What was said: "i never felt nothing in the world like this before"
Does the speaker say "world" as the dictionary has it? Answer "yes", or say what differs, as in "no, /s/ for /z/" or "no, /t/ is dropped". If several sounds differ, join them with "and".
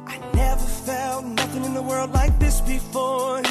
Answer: yes